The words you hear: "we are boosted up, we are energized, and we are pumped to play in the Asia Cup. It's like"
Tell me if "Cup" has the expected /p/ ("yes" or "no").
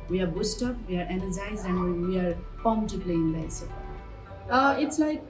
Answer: no